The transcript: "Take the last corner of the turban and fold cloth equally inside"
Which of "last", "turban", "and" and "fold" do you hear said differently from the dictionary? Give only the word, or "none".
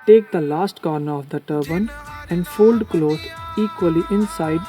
none